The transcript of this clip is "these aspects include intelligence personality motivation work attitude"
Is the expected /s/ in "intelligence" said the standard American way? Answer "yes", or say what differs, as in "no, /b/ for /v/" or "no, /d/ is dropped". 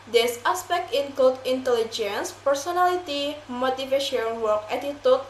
yes